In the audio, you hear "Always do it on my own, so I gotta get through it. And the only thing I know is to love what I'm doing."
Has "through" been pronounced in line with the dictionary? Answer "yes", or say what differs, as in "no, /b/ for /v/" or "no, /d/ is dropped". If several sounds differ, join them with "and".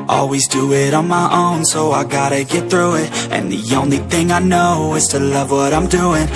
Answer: yes